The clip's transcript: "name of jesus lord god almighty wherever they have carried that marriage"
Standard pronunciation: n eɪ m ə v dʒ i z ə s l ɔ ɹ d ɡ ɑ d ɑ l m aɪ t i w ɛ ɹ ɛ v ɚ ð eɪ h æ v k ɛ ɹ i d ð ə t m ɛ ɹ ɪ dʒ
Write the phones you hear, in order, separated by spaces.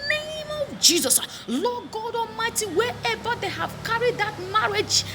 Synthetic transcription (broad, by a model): n eɪ m ə v dʒ i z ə s l ɔ ɡ ɑ d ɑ m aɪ t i w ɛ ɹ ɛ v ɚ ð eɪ h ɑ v k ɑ ɹ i d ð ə t m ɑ ɹ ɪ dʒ